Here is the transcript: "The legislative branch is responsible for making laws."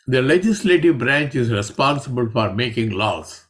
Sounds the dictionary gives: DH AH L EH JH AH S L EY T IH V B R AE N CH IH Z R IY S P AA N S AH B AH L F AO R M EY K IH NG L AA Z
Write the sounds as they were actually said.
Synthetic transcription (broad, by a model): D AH L EH JH AH S L EY T IH V B R AE N CH IH Z R IY S P AA N S AH B AH L F AO R M EY K IH NG L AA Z